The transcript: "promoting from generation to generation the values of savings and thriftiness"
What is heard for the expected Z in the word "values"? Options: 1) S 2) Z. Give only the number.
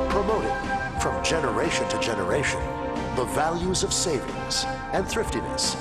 2